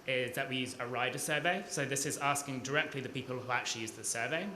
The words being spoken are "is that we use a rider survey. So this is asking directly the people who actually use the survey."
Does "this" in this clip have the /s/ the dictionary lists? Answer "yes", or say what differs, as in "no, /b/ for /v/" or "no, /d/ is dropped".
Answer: yes